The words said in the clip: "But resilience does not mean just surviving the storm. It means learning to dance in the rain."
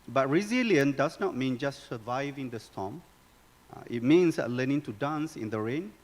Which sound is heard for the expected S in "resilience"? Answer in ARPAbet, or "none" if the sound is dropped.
none